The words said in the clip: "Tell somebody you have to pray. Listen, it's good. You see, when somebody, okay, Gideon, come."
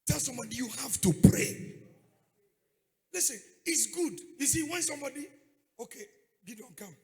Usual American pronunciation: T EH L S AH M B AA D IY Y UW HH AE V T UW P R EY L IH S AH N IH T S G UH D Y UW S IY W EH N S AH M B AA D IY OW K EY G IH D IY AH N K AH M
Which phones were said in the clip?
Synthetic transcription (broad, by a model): T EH L S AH M B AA D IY Y UW HH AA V T UW P R EY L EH S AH IH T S G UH D Y UW S IY W EH N S AH M B AA D IY OW K EY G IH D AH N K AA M